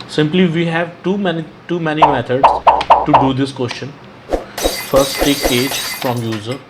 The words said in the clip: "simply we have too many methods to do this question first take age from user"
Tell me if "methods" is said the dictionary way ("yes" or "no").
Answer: no